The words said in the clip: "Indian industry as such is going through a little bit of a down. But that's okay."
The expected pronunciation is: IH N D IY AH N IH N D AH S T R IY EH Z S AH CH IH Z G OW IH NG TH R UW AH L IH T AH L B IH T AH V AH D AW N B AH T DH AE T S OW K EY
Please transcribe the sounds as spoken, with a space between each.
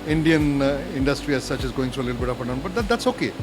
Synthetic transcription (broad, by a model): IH N D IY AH N IH N D AH S T R IY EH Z S AH CH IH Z G OW IH NG T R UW AH L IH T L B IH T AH P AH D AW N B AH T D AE T S OW K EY